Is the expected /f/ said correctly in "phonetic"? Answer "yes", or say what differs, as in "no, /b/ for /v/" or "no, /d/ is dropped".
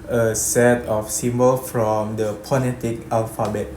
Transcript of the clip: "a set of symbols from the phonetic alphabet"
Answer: no, /p/ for /f/